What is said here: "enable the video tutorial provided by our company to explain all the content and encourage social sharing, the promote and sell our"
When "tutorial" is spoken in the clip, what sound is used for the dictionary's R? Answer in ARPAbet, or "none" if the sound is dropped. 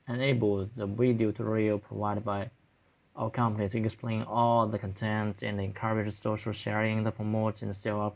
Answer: none